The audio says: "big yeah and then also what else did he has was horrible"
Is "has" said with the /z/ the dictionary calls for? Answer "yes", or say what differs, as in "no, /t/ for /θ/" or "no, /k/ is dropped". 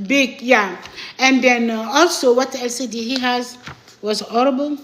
yes